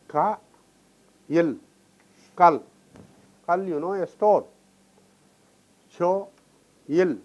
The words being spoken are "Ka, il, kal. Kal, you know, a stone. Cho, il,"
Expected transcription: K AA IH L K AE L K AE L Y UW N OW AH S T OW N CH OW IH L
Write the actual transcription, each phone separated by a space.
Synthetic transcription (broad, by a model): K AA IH L K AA L K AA L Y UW N OW AH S T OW L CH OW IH L